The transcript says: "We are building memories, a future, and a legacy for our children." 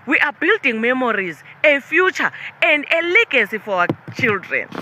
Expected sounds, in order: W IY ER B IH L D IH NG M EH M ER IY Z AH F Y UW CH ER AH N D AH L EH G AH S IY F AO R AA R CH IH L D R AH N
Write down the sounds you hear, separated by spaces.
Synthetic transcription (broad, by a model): W IY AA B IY L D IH NG M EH M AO IY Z AH F Y UW CH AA AH N D AH L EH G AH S IY F AO W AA CH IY L D R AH N